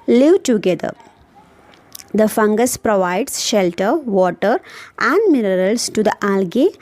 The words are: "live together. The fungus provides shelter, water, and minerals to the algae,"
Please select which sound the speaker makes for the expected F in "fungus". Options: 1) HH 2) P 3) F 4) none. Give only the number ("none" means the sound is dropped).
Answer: 3